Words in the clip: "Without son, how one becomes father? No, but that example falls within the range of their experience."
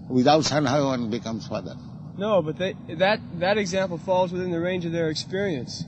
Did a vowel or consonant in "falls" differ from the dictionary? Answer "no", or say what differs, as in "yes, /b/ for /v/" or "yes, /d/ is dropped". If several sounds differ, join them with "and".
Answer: no